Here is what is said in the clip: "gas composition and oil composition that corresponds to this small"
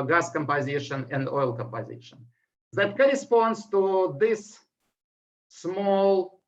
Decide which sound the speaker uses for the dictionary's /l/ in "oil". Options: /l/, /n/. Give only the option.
/l/